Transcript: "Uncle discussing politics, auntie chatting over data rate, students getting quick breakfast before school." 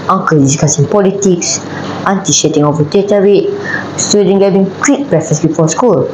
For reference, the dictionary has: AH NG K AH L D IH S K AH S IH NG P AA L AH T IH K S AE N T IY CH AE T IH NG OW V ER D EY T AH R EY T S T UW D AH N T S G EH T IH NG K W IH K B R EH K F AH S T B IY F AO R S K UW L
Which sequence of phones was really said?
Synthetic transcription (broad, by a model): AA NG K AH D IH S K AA S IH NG P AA L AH T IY K S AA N T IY SH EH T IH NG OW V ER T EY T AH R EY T S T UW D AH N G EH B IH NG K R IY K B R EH F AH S B IY F AO S K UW L